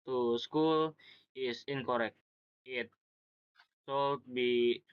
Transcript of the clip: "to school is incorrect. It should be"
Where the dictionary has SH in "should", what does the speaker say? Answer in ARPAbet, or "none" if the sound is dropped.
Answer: S